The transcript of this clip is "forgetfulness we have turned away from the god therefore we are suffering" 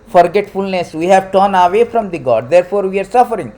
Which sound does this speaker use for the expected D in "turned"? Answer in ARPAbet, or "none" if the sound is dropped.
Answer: none